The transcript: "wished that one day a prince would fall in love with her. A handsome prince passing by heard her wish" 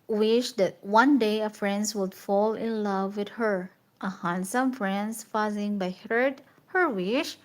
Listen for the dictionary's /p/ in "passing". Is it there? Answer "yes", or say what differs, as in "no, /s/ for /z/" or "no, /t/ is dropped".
no, /f/ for /p/